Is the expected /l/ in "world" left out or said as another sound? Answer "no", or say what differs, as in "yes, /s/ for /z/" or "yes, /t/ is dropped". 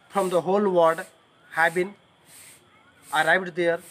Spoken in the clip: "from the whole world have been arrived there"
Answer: yes, /l/ is dropped